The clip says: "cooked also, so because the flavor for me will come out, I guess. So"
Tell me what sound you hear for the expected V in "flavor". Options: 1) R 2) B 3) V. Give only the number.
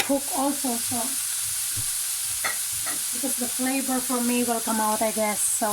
2